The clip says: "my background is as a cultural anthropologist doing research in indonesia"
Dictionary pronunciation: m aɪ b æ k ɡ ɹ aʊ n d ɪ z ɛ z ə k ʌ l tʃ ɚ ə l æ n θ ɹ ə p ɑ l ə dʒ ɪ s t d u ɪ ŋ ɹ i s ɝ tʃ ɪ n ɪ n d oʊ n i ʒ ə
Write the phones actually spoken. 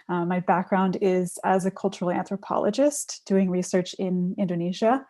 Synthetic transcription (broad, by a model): m aɪ b æ k ɡ ɹ aʊ n d ɪ z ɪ z ə k ʌ l tʃ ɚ l æ n θ ɹ ə p ɑ l ə dʒ ɪ s t d u ɪ ŋ ɹ i s ɝ tʃ ɪ n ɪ n d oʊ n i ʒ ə